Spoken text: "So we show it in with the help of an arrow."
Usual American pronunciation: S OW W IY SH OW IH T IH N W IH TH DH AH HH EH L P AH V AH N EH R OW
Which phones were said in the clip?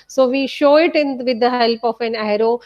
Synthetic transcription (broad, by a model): S OW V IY SH OW IH T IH N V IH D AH HH EH L P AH F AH N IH R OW